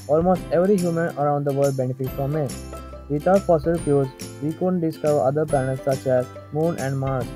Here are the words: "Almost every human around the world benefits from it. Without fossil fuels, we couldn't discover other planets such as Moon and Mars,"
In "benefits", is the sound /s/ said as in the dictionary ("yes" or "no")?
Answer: no